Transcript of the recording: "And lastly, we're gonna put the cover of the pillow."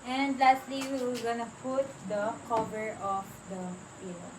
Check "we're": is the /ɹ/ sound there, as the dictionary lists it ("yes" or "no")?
no